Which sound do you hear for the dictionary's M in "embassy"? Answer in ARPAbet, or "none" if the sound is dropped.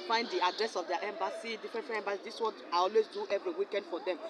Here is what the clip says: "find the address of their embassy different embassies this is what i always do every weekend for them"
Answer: M